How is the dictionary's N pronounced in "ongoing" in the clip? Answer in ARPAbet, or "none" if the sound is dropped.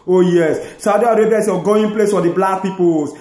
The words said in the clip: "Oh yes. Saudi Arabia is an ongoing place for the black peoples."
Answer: none